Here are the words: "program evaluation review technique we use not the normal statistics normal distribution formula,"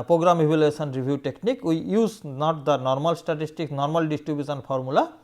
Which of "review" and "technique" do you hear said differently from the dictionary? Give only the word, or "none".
review